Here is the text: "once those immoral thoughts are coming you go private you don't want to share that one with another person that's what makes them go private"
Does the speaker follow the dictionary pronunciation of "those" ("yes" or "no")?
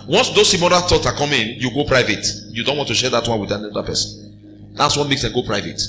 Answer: no